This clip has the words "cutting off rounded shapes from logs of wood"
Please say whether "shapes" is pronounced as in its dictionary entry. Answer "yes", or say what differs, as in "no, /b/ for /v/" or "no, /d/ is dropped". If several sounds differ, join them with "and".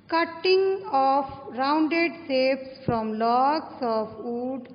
no, /s/ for /ʃ/